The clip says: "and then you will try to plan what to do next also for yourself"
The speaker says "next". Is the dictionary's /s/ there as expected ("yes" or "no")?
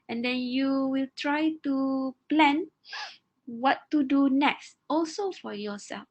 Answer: yes